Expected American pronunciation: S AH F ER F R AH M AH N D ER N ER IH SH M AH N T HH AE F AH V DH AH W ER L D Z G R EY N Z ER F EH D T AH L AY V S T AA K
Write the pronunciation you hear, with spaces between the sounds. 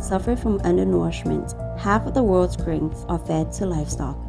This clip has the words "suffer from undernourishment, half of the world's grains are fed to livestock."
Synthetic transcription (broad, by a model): S AH F ER F R AH M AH N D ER N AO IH SH M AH N T HH AE F AH V DH AH W ER L D Z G R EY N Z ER F EH D T AH L AY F S T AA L